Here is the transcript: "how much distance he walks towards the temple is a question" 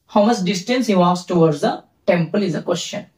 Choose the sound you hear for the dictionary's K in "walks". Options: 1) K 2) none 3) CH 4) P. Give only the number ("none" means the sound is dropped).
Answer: 2